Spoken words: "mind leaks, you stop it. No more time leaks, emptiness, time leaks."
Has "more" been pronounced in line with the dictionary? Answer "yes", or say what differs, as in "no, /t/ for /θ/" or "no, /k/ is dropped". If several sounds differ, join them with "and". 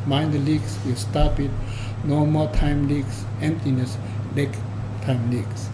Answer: no, /l/ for /ɹ/